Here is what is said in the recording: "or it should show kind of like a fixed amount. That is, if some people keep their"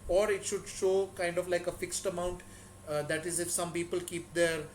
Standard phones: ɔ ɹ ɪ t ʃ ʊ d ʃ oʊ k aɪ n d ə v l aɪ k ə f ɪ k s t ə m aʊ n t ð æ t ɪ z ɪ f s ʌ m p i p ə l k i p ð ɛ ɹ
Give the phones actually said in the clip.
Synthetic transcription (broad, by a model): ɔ ɹ ɪ t ʃ ʊ d ʃ oʊ k aɪ n d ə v l aɪ k ə f ɪ k s t ə m aʊ n t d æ t ɪ z ɪ f s ʌ m p i p ə l k i p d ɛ ɹ